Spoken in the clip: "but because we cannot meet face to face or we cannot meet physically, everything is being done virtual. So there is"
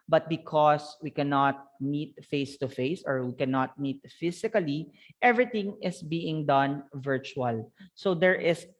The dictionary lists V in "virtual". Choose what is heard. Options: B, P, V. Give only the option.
V